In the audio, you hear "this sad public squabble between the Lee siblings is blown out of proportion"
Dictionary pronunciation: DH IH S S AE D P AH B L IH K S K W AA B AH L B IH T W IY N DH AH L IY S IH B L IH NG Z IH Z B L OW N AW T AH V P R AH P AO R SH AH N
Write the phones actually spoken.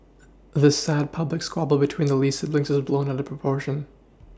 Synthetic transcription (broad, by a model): DH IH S S AE D P AH B L IH K S K W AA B L B IH T W IY N DH AH L IY S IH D L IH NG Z IH Z B L OW N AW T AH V P R AH P AO R SH AH N